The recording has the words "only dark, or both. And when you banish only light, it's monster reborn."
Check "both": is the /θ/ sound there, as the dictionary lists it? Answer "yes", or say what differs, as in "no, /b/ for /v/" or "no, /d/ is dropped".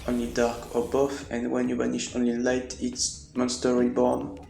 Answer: no, /f/ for /θ/